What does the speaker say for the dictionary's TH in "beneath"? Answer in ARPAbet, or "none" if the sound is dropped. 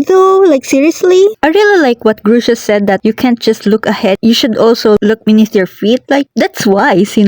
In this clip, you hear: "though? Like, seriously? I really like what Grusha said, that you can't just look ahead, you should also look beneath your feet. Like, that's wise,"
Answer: T